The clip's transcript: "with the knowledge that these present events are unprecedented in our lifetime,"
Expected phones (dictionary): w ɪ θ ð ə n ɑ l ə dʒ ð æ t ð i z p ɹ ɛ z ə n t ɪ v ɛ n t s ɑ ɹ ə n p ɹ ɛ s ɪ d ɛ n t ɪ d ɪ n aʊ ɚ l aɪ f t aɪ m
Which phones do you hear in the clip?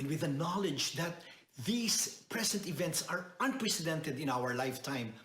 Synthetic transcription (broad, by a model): w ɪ ð ə n ɑ l ə dʒ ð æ t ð i s p ɹ ɛ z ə n t ɪ v ɛ n t s ɑ ɹ ə n p ɹ ɛ s ɪ d ɛ n t ɪ d ɪ n aʊ ɚ l aɪ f t aɪ m